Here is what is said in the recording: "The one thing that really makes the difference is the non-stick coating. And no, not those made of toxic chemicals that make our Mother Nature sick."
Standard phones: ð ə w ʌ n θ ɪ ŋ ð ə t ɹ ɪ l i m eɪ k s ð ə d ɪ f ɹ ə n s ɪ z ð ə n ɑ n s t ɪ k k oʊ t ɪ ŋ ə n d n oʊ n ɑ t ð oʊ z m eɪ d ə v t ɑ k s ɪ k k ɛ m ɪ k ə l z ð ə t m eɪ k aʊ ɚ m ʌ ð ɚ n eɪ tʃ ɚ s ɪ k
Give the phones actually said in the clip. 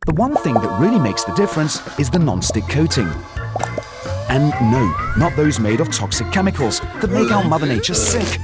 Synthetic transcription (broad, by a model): ð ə w ʌ n θ ɪ ŋ ð ə t ɹ ɪ l i m eɪ k s ð ə d ɪ f ɹ ə n s ɪ z ð ə n ɑ n s t ɪ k k oʊ t ɪ ŋ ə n n oʊ n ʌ t ð oʊ z m eɪ d ə v t ɑ k s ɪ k k ɛ m ɪ k ə l z ð ə t m eɪ k aʊ ɚ m ʌ ð ɚ n eɪ tʃ ɚ s ɪ k